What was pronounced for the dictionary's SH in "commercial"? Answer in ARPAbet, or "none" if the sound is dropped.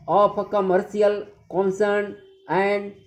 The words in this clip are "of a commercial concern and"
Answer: S